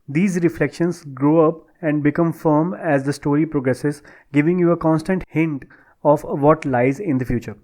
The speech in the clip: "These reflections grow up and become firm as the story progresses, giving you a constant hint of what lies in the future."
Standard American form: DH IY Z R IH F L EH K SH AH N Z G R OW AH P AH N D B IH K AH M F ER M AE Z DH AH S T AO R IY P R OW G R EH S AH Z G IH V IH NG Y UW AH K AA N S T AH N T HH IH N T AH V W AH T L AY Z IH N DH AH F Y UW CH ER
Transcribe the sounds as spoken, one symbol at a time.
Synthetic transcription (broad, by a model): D IY Z R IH F L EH K SH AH N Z G R OW AH P AH N D B IH K AH M F ER M AE Z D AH S T AO R IY P R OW G R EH S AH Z G IH V IH NG Y UW AH K AA N S T AH N T HH IH N T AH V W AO T L AY Z IH N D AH F Y UW CH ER